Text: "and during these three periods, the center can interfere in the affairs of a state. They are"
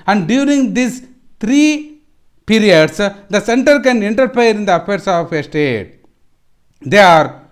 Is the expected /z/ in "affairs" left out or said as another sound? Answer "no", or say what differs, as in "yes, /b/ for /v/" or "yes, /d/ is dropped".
yes, /s/ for /z/